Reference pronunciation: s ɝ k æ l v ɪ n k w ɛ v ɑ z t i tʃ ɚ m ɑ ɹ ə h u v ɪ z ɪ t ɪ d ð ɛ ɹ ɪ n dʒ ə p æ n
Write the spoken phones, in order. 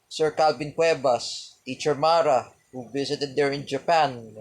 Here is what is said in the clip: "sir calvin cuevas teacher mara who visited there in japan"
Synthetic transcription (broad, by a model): s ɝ k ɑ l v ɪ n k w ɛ b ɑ s t i tʃ ɚ m ɑ ɹ ə h u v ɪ s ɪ t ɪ d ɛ ɹ ɪ n dʒ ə p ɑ n